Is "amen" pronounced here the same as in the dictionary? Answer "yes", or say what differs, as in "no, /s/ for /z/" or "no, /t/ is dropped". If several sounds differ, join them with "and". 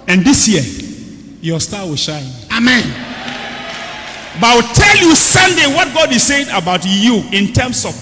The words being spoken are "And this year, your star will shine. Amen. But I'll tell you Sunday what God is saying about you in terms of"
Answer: yes